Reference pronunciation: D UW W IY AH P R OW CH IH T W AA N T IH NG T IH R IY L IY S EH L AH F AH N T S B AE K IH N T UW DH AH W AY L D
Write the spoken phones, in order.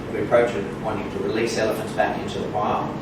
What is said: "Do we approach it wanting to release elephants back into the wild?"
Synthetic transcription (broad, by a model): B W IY AH P R OW CH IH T W AA N T IH NG T IH R IY L IY S EH L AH F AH N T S B AE K IH N T UW DH AH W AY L